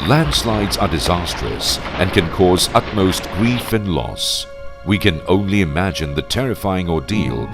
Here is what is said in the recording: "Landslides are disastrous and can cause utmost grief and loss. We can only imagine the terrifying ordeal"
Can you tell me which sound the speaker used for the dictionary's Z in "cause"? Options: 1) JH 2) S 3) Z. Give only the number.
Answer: 3